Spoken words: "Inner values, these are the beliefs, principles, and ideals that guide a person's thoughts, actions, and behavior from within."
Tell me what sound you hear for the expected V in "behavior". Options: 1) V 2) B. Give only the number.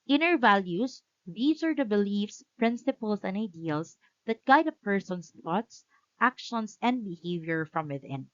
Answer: 1